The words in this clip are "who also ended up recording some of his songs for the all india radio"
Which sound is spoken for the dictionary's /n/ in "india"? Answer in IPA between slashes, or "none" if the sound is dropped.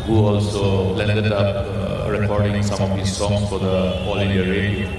none